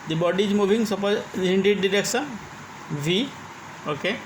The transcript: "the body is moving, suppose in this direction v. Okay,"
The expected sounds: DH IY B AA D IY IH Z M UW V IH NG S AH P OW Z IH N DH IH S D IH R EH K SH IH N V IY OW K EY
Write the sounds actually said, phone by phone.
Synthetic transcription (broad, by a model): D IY B AA D IY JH M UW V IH NG S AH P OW IH N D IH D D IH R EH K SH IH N V IY OW K EY